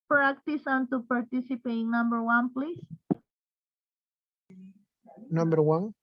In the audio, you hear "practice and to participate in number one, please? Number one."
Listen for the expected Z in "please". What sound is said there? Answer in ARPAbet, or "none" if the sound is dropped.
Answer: S